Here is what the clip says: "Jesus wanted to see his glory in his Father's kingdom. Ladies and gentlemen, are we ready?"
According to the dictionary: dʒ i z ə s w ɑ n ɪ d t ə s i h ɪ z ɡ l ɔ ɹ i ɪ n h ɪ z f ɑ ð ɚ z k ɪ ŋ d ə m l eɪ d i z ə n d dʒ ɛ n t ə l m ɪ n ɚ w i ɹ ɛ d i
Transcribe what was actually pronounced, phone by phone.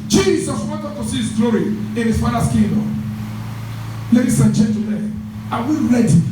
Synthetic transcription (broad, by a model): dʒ i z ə s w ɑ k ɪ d t ə s i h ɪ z ɡ l ɔ ɹ i ɪ n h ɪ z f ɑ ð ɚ s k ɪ d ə l eɪ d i s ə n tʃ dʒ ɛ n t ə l ɪ ɑ w i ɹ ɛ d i